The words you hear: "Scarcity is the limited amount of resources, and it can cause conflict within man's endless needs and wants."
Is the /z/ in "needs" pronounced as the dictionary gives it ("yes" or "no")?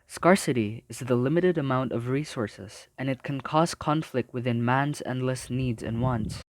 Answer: yes